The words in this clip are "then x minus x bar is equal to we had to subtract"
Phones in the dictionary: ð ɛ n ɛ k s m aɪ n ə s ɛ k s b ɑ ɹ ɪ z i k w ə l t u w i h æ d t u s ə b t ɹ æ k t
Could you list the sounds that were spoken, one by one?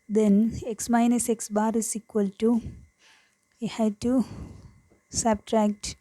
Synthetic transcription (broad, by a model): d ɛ n ɛ k s m aɪ n ə s ɛ k s b ɑ ɹ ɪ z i k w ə l t u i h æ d t u s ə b t ɹ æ k t